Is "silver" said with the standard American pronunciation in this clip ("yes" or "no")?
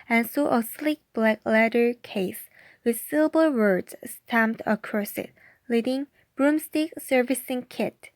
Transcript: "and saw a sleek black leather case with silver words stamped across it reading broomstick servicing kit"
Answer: no